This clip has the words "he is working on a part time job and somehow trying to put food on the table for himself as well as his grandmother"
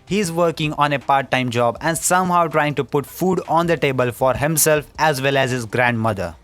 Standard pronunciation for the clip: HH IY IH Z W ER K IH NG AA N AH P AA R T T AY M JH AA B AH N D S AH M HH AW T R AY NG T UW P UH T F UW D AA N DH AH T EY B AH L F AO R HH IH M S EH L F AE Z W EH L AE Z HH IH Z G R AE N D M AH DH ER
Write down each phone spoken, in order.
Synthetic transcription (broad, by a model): HH IY IH Z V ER K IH NG AA N AH P AA R T T AY M JH AA B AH N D S AH M HH AW T R AY NG T UW P UH T F UW D AA N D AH T EY B AH L F AO R HH IH M S EH L F AE Z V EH L AE Z HH IH Z G R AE N D M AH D ER